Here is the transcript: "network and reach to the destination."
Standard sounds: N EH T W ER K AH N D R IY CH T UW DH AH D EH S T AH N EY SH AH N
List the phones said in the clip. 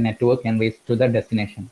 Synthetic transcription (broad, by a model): N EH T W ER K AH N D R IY S T UW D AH D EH S T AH N EY SH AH N